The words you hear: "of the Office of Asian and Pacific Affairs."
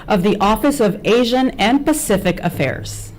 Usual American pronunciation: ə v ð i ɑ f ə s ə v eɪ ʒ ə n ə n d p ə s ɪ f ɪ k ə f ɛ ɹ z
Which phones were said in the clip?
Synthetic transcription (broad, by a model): ə v ð i ɑ f ə s ə v eɪ ʒ ə n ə n p ə s ɪ f ɪ k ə f ɛ ɹ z